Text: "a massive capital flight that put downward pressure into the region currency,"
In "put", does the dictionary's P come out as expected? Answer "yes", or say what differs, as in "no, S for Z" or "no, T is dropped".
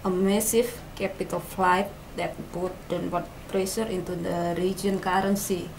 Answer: no, B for P